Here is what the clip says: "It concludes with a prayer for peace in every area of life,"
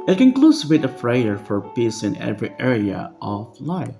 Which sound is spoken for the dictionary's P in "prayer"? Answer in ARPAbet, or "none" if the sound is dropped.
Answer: F